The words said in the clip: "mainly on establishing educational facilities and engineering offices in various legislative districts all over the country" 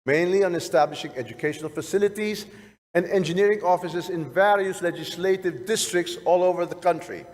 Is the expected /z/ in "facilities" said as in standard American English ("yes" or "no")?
yes